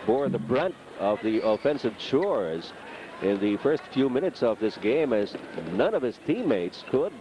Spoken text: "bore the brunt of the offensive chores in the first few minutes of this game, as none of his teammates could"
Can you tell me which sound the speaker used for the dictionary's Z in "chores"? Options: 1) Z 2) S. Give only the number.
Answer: 1